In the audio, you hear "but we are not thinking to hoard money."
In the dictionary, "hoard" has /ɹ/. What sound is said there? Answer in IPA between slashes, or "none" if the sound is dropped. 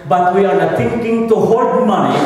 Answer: /l/